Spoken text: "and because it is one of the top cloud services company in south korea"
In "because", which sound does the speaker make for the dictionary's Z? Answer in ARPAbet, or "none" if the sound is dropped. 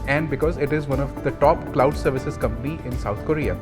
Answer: Z